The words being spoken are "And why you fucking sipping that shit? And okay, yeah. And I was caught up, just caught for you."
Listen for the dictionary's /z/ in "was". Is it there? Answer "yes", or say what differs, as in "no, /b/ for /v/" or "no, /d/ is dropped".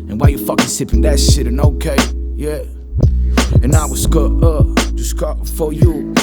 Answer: no, /s/ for /z/